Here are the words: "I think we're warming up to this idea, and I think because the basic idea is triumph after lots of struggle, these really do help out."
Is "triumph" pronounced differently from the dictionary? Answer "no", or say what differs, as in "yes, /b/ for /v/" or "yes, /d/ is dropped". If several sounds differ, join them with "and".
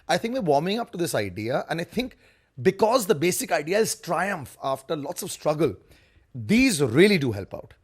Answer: no